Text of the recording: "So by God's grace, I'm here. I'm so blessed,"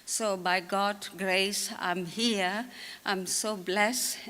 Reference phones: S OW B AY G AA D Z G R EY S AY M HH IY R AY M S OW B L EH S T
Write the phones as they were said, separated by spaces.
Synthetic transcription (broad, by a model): S OW B AY G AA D G R EY S AY M HH IY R AY M S OW B L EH S